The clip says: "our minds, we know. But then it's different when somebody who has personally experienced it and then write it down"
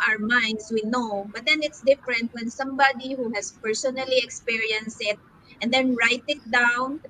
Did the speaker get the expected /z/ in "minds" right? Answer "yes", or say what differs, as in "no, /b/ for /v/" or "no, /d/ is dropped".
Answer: no, /s/ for /z/